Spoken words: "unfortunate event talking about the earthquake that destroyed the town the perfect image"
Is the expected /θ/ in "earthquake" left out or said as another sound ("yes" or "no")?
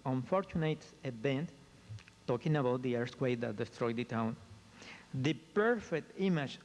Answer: yes